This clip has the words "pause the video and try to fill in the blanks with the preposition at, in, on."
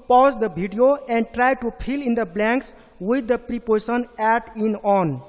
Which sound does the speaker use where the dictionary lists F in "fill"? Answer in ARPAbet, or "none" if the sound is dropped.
P